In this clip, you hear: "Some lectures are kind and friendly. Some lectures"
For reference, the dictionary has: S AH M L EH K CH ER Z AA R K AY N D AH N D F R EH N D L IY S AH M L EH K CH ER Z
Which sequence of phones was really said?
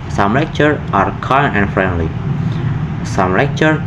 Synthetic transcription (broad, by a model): S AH M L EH K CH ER AA R K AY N AH N F R EH N D L IY S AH M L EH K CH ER